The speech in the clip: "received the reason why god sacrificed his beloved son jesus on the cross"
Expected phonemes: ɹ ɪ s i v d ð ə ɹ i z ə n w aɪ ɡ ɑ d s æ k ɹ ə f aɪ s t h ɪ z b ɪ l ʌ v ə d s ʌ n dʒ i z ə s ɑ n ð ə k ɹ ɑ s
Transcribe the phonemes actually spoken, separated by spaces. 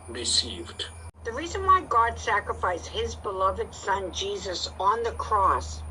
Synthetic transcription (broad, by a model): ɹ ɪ s i v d ð ə ɹ i z ə n w aɪ ɡ ɑ d s æ k ɹ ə f aɪ s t h ɪ z b ɪ l ʌ v ə d s ʌ n dʒ i z ə s n ð ə k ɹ ɑ s